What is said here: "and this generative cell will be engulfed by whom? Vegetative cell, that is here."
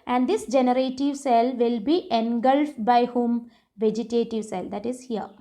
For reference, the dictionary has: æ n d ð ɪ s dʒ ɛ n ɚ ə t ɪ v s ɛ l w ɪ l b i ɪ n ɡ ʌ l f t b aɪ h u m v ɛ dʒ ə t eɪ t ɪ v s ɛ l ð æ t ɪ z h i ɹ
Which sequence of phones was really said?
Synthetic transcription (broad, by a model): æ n d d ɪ s dʒ ɛ n ɚ ə t ɪ v s ɛ l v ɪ l b i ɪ n ɡ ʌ l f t b aɪ h u m v ɛ dʒ ə t eɪ t ɪ v s ɛ l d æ t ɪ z h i ɹ